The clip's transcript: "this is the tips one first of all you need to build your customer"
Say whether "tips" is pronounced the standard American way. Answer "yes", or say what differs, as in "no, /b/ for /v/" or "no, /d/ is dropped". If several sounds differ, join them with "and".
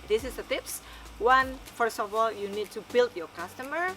yes